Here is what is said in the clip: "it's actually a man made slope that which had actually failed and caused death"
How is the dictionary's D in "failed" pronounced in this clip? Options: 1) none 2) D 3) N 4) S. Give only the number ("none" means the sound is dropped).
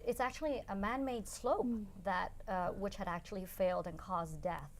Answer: 2